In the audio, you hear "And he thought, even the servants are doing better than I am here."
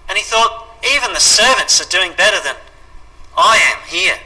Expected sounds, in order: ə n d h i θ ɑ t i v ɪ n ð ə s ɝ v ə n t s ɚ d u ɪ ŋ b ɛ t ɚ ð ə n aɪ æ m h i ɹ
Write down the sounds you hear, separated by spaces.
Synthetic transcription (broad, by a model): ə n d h i θ ɑ t i v ɪ n ð ə s ɝ v ə n t s ɚ d u ɪ ŋ b ɛ t ɚ ð ə n aɪ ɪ m h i ɹ